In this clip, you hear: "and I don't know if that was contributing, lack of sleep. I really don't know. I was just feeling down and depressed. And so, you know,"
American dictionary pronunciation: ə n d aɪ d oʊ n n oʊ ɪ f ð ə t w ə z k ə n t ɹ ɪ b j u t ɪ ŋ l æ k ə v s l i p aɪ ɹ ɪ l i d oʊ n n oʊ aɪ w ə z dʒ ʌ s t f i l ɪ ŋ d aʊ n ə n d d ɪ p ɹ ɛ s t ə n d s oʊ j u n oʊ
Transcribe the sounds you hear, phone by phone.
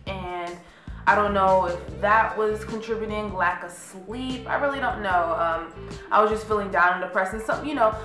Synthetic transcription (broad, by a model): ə n aɪ d oʊ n n oʊ ɪ f ð ə t w ə z k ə n t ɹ ɪ b j t ɪ ŋ l æ k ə s l i p aɪ ɹ ɪ l i d oʊ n n oʊ aɪ w ə z dʒ ʌ s t f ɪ l ɪ ŋ d aʊ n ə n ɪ p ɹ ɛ s ə n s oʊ j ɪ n oʊ